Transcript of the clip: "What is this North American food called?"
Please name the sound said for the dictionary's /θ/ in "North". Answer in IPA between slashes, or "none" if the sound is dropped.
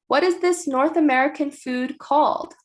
/θ/